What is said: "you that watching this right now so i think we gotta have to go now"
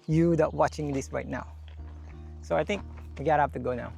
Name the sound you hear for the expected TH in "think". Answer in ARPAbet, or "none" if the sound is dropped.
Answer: T